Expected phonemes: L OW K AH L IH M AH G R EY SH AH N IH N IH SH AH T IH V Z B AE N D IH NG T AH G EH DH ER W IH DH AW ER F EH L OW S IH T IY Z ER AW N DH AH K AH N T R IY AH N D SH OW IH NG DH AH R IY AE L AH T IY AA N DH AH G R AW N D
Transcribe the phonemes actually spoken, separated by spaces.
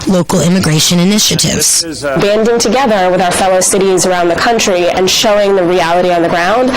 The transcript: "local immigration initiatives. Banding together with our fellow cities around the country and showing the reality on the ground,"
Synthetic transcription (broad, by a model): L OW K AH L IH M AH G R EY SH AH N IH N IH SH AH T IH V Z B AE N D IH NG T AH G EH DH ER W IH DH AW ER F EH L OW S IH T IY Z ER AW N DH AH K AH N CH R IY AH N SH OW IH NG DH AH R IY AE L AH T IY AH N DH AH G R AW N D